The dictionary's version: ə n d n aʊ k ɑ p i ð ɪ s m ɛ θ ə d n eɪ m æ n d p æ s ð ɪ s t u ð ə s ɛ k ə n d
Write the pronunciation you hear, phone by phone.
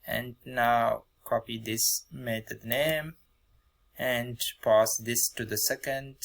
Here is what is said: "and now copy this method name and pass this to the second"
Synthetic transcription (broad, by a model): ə n d n aʊ k ɑ p i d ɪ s m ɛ t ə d n eɪ m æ n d p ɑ s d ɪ s t u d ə s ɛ k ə n d